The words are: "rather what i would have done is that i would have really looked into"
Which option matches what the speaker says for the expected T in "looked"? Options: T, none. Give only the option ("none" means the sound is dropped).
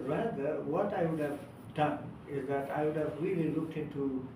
T